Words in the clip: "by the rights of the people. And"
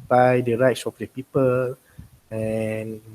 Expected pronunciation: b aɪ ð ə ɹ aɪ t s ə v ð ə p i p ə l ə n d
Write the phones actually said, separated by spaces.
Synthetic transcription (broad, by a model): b aɪ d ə ɹ aɪ t s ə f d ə p i p ə l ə n